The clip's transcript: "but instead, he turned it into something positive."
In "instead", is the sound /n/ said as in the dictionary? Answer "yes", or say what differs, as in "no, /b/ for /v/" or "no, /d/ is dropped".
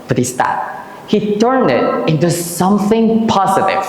no, /n/ is dropped